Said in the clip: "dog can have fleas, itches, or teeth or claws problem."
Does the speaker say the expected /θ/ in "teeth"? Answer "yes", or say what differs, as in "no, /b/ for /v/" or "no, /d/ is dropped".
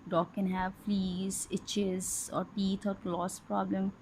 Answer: no, /t/ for /θ/